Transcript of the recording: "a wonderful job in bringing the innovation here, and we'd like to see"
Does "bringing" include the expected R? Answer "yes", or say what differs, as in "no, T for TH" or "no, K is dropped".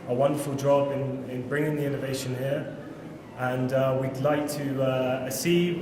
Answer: yes